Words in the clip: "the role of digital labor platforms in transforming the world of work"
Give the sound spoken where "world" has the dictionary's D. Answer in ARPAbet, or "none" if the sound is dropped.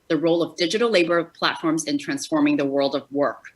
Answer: D